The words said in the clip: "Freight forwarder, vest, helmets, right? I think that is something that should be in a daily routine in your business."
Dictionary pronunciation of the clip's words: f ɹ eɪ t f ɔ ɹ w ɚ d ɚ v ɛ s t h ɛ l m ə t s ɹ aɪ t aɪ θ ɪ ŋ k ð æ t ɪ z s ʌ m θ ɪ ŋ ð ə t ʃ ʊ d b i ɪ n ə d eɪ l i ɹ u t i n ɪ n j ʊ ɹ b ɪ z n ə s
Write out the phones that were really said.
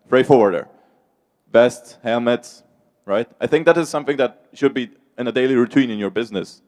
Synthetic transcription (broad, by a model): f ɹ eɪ f ɔ ɹ w ɚ d ɚ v ɛ s t h ɛ l m ə t s ɹ aɪ t aɪ θ ɪ ŋ k ð æ t ɪ z s ʌ m θ ɪ ŋ ð ə t ʃ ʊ d b i ɪ n ə d eɪ l i ɹ u t i n ɪ n j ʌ ɹ b ɪ z n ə s